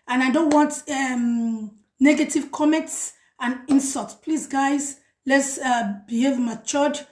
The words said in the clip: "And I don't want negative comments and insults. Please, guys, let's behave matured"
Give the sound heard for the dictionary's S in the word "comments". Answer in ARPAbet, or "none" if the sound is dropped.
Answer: S